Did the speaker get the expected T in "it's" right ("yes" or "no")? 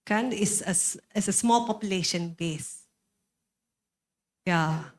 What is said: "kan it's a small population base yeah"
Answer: no